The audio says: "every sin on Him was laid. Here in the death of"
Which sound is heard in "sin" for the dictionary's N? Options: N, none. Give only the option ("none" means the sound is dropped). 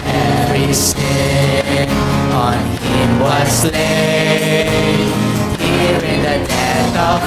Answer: none